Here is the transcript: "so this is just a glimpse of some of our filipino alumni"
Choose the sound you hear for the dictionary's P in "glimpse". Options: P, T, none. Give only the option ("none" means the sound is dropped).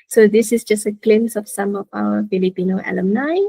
none